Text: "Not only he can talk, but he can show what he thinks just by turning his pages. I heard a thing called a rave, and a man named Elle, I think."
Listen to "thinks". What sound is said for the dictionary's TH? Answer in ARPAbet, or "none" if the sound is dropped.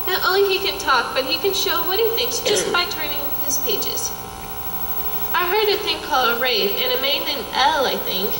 TH